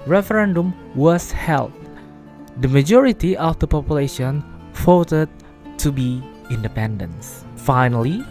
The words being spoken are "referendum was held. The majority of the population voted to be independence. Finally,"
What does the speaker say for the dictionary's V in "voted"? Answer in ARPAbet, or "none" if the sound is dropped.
F